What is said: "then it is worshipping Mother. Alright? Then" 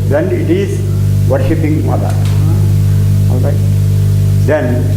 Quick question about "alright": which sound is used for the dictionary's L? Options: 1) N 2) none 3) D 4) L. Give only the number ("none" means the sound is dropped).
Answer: 4